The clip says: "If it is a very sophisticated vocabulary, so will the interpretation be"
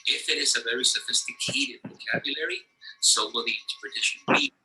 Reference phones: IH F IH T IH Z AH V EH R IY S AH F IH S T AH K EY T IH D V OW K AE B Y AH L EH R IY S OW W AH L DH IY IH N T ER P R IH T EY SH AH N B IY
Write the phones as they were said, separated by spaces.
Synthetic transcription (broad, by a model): IH F IH T IH Z AH V EH R IY S AH F IH S T AH K EY T IH D V OW K AE B Y AH L EH R IY S OW W AH L DH IY IH N T ER P R IH T EY SH AH N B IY